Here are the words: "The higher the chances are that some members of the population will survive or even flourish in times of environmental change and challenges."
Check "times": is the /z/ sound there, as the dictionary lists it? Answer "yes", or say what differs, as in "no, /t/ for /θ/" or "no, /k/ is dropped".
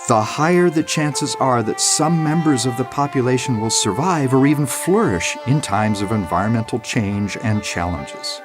yes